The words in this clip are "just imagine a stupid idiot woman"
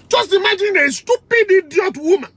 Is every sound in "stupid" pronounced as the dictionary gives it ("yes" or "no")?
yes